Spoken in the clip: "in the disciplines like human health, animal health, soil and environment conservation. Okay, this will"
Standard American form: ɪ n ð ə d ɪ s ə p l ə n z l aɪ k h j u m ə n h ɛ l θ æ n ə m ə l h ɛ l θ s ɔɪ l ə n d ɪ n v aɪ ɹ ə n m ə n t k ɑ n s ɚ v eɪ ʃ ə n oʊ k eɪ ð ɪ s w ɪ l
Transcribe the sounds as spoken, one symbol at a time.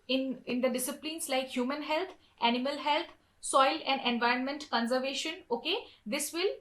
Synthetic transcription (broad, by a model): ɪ n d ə d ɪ s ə p l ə n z l aɪ k h j u m ə n h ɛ l t æ n ə m ə l h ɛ l t s ɔɪ l ə n d ɪ n v aɪ ɹ ə n m ə n t k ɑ n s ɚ v eɪ ʃ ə n oʊ k eɪ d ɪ s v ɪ l